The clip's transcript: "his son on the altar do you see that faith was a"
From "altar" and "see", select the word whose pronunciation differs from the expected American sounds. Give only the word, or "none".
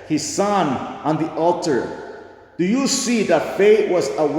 none